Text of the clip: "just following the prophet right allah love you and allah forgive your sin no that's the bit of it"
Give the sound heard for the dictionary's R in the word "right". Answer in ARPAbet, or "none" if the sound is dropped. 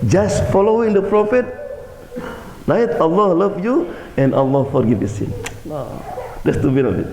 L